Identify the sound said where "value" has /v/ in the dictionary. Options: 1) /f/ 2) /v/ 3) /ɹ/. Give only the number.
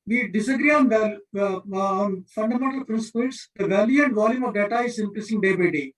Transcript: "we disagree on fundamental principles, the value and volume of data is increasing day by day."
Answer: 2